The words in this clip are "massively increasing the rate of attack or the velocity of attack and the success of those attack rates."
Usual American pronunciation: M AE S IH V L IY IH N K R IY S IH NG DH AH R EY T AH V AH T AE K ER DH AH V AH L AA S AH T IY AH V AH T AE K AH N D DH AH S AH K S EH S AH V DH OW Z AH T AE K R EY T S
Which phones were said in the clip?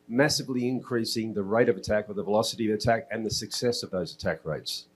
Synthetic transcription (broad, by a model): M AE S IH V L IY IH N K R IY S IH NG DH AH R EY T AH V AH T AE K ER DH AH V AH L AA S AH T IY AH V AH T AE K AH N DH AH S AH K S EH S AH V DH OW Z AH T AE K R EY T S